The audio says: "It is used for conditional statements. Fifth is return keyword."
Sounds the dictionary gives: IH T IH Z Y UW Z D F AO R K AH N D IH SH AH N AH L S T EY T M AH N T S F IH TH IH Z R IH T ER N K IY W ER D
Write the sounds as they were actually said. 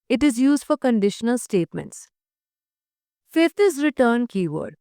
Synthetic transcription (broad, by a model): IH T IH Z Y UW Z D F AO R K AH N D IH SH AH N AH L S T EY T M AH N T S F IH T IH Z R IH T ER N K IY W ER D